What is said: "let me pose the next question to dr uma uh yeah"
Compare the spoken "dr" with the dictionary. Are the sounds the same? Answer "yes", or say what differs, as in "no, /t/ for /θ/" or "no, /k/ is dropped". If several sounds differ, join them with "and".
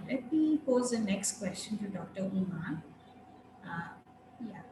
yes